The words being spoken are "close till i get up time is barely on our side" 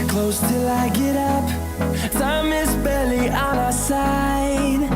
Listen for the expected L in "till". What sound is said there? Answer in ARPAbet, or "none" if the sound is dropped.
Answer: L